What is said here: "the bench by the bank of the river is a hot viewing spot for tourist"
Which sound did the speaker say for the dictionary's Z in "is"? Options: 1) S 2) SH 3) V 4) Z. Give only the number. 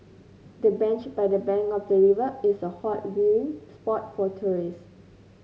1